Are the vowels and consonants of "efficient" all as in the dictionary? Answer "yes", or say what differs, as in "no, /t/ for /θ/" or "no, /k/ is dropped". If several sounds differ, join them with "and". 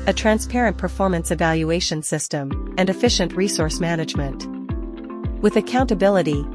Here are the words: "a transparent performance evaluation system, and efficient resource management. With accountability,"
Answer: yes